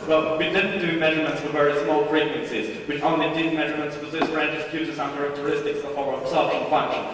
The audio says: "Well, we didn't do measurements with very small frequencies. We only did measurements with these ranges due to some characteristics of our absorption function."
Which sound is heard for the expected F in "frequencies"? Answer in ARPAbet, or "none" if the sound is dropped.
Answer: P